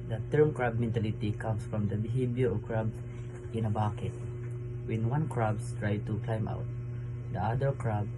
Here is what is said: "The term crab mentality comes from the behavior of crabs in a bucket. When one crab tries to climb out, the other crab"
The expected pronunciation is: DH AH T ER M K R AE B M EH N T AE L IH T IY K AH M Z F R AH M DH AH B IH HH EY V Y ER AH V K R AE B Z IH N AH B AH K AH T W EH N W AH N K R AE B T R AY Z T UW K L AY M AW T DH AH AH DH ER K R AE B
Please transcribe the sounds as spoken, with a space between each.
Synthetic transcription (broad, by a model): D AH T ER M K R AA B M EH N T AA L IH T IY K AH M S F R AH M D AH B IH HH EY B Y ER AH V K R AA B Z IH N AH B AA K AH T W EH N W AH N K R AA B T R AY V T UW K L AY M AW T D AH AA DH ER K R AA B